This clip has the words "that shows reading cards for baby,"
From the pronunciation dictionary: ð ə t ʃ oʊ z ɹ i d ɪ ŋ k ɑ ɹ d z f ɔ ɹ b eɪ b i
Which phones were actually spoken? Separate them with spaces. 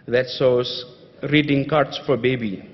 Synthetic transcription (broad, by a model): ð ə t s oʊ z ɹ i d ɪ ŋ k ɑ ɹ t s f ɔ ɹ b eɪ b i